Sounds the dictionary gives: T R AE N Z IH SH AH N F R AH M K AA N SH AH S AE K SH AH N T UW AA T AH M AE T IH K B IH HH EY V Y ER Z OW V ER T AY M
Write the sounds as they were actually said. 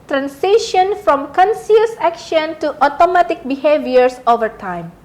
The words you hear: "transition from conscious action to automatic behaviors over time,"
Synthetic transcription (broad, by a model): T R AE N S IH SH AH N F R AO M K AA N S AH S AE K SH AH N T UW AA T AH M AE T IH K B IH HH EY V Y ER S OW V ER T AY M